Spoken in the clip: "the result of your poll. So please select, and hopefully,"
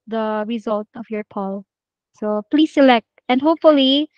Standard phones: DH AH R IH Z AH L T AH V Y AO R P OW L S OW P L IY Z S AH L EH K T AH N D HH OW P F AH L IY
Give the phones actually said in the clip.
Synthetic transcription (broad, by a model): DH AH R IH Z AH L T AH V Y AO R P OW L S OW P L IY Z S AH L EH K T AH N D HH OW P F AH L IY